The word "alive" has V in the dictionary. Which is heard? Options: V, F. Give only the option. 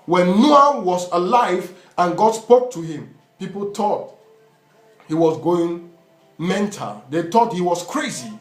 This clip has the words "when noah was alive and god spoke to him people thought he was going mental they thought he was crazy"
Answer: V